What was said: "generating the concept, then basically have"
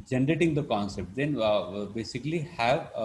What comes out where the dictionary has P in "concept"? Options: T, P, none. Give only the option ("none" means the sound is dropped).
P